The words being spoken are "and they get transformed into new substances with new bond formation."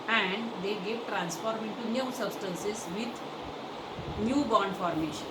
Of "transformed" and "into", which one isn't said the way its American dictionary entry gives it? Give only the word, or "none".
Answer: transformed